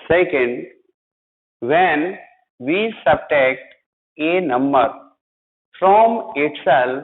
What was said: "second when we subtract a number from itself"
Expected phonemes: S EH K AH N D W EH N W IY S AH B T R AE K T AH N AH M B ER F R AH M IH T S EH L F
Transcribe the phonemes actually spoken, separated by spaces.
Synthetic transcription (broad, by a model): S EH K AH N D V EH N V IY S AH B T EH K T AH N AH M B ER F R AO M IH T S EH L